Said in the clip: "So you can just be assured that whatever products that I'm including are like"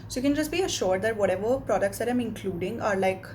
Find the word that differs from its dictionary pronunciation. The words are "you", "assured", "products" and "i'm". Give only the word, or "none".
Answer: none